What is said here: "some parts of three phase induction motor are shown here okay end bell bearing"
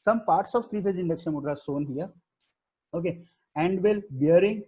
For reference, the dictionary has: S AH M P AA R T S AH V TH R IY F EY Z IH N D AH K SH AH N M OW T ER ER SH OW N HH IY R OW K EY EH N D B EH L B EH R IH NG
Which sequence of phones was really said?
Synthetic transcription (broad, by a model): S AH M P AA R T S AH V T R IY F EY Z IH N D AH K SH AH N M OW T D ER S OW N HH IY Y OW K EY EH N D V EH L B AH R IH NG